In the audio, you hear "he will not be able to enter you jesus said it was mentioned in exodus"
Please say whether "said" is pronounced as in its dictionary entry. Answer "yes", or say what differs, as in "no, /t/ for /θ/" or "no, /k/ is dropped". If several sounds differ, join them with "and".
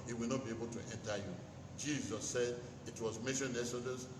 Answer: yes